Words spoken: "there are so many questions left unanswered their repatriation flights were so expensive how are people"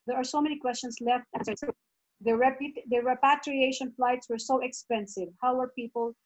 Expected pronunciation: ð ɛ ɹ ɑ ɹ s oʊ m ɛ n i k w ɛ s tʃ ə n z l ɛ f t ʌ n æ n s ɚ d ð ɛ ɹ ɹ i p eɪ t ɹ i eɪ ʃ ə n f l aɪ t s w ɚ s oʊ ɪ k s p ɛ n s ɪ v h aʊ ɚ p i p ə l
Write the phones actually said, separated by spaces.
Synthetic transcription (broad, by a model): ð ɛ ɹ ɑ ɹ s oʊ m ɛ n i k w ɛ s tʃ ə n s l ɛ f t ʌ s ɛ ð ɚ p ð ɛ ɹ ɹ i p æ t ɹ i eɪ ʃ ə n f l aɪ t s w ɚ s oʊ ɪ k s p ɛ n s ɪ v h aʊ ɚ p i p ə l